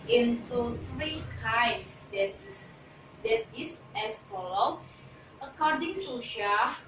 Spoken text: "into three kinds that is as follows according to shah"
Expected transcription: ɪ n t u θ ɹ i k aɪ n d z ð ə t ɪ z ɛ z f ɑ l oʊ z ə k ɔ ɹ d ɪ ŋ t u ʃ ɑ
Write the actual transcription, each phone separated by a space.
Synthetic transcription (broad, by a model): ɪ n t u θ ɹ i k aɪ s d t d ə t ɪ s ɛ s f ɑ l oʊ ə k ɔ d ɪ ŋ t u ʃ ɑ